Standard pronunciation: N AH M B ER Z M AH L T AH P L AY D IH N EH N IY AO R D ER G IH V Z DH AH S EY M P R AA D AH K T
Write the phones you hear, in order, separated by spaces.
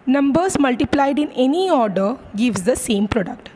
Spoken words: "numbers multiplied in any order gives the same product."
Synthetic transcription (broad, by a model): N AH M B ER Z M AH L T AH P L AY D IH N EH N IY AO R D ER G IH V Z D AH S EY M P R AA D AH K T